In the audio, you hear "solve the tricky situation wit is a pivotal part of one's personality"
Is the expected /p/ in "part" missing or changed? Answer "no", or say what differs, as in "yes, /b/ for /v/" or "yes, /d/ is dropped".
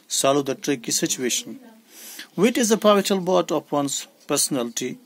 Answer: yes, /b/ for /p/